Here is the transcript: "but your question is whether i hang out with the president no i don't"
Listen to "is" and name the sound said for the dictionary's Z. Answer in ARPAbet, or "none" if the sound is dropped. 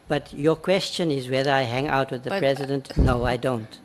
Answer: Z